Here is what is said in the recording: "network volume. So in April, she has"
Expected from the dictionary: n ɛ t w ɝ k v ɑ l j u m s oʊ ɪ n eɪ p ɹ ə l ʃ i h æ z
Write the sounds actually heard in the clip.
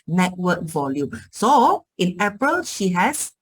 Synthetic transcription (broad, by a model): n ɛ t w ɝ k v ɑ l j u m s oʊ ɪ n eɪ p ɹ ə l ʃ i h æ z